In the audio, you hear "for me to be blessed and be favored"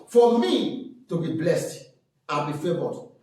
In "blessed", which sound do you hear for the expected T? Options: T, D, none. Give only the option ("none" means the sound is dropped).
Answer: T